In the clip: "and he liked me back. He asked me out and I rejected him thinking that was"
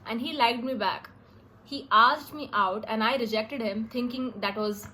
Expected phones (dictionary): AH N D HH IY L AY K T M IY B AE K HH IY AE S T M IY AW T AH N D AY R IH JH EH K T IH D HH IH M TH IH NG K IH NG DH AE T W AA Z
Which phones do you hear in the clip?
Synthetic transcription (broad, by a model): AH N D HH IY L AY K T M IY B AE K HH IY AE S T M IY AW T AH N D AY R IH JH EH K T IH D HH IH M T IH NG K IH NG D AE T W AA Z